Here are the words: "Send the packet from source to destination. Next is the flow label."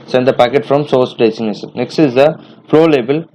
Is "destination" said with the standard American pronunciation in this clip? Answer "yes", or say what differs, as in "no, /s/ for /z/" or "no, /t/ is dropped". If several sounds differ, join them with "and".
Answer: no, /s/ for /ʃ/